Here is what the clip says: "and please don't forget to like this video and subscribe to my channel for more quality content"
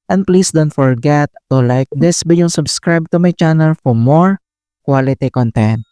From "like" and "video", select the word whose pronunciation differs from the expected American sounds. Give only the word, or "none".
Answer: video